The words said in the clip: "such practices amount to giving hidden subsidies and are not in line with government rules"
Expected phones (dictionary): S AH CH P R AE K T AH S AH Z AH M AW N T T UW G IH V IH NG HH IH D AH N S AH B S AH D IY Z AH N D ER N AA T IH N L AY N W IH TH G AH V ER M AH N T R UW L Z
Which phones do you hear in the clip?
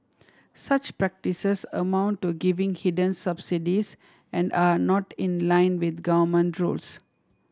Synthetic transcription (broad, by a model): S AH CH P R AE K T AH S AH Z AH M AW N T T UW G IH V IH NG HH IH D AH N S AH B S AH D IY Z AH N D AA N AA T IH N L AY N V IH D G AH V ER M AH N T R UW L S